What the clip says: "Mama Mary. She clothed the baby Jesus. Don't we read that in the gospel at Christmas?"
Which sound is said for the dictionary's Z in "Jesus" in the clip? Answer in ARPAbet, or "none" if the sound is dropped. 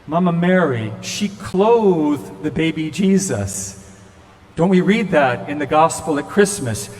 Z